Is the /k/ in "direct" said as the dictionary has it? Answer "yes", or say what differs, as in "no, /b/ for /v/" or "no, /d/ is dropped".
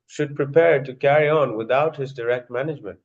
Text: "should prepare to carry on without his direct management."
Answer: yes